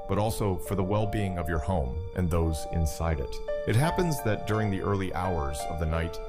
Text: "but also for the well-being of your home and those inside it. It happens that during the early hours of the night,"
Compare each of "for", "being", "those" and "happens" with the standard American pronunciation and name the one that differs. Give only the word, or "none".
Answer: none